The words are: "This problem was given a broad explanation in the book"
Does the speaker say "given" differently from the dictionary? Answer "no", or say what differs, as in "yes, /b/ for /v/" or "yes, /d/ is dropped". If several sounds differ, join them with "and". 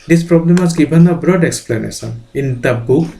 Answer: yes, /b/ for /v/